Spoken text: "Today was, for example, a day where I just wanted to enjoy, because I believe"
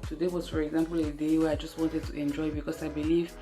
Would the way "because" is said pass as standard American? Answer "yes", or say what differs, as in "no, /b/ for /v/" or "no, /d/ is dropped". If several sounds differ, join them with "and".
no, /s/ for /z/